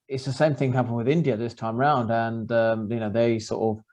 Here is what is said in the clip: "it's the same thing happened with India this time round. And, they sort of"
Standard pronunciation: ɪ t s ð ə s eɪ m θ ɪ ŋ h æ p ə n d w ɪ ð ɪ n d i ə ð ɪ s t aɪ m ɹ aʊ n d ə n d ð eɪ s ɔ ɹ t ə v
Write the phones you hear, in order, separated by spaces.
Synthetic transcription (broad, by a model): ɪ t s ð ə s eɪ m θ ɪ ŋ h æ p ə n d w ɪ ð ɪ n d i ə ð ɪ s t aɪ m ɹ aʊ n d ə n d ð eɪ s ɔ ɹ t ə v